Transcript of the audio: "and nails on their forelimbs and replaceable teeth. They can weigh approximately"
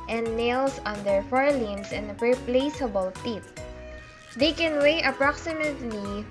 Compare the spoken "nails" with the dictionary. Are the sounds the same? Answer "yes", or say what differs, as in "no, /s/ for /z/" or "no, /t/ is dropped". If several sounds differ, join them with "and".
no, /s/ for /z/